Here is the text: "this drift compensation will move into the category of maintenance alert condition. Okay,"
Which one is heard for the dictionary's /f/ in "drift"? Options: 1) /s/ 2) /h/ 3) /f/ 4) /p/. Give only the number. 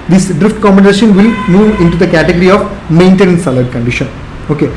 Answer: 3